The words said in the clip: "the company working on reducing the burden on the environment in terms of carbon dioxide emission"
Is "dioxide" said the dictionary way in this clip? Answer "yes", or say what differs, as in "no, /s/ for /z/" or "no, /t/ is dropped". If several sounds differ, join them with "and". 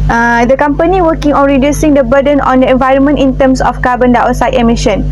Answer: no, /k/ is dropped